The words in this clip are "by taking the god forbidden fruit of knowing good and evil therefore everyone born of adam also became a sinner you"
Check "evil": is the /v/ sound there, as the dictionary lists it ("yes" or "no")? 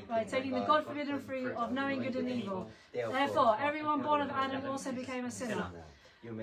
yes